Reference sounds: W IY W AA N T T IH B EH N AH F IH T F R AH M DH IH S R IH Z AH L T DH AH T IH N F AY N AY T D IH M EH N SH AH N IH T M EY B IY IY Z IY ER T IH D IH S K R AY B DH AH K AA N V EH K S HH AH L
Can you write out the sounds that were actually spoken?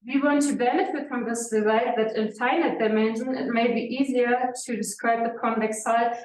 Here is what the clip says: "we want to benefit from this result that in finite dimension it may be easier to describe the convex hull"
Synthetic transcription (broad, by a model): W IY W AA N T T IH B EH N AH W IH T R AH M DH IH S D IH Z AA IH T DH AH T IH N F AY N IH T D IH M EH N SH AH N IH T M EY B IY IY Z IY ER T IH D IH S K R AY B DH AH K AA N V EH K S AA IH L